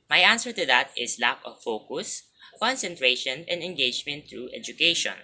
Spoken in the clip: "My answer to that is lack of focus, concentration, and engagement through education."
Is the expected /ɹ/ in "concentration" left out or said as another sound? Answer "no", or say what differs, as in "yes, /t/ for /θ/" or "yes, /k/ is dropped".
no